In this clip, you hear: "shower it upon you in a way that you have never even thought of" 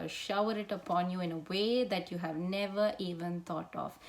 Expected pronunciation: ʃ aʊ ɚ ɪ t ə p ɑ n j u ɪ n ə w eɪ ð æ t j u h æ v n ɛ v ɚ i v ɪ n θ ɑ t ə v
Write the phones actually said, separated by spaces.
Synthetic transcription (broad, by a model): ʃ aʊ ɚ ɪ t ə p ɑ n j u ɪ n ə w eɪ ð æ t j u h æ v n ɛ v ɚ i v ɪ n t ɑ t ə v